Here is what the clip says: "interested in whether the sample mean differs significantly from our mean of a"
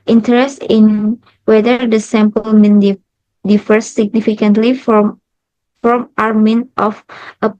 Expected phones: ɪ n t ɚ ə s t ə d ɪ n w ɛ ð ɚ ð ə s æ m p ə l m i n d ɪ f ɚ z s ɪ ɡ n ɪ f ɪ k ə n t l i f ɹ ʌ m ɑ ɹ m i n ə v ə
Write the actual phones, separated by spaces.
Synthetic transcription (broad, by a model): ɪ n t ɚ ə s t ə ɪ n w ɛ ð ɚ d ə s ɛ m p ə l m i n d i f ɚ s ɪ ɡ n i f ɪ k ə n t l i f ɹ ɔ m ɑ ɹ m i n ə f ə